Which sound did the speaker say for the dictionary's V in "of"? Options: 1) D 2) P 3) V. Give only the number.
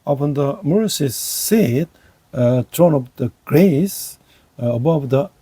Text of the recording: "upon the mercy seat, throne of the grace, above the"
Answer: 2